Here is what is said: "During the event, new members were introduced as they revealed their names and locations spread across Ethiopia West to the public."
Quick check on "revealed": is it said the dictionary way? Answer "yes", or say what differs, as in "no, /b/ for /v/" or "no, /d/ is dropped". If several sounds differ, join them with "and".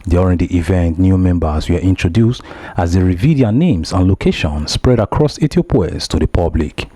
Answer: no, /l/ is dropped